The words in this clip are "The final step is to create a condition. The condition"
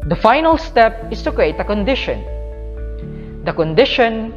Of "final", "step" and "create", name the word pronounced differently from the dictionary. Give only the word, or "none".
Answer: none